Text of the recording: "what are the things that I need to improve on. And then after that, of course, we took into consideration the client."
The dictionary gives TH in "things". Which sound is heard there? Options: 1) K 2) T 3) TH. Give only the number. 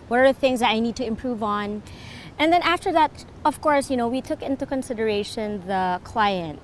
3